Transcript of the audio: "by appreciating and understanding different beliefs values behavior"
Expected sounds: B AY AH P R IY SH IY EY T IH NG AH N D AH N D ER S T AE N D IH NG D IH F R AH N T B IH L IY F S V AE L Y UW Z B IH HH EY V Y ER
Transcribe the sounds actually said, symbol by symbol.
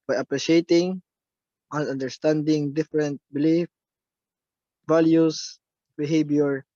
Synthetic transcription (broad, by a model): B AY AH P R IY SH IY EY T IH NG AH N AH N D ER S T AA N D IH NG D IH F R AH N T B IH L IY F V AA L Y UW S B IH HH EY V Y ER